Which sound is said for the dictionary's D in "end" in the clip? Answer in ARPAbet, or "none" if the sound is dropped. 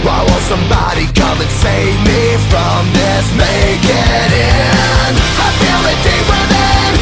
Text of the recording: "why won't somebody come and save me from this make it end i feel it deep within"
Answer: none